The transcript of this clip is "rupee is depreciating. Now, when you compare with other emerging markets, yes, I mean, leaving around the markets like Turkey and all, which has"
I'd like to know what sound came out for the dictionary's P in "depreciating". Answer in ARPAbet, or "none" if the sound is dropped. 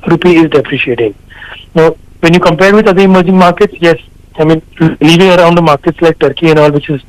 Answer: P